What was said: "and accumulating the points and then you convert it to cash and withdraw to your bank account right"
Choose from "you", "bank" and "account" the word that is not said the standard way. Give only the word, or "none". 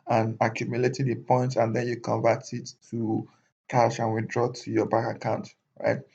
bank